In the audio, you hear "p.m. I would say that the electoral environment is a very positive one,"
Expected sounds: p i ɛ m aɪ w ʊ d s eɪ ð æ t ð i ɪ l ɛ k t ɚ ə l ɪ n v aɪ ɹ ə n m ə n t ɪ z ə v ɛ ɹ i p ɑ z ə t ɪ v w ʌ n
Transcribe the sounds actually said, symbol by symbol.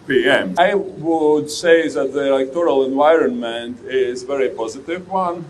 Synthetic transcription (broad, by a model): p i ɛ m aɪ w ʊ d s eɪ ð æ t ð i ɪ l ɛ k t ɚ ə l ɪ n v aɪ ɹ ə n m ə n t ɪ z v ɛ ɹ i p ɑ z ə t ɪ v w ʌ n